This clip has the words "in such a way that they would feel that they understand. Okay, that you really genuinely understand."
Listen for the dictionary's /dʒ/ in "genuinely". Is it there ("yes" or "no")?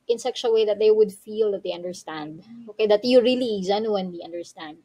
no